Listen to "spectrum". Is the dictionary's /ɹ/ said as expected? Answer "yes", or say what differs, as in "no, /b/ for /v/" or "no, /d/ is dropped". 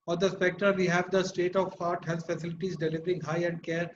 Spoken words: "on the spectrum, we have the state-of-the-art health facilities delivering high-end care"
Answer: no, /ɹ/ is dropped